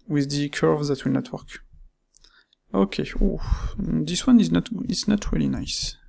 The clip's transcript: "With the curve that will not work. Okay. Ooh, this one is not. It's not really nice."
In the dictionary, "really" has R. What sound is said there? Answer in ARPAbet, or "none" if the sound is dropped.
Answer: R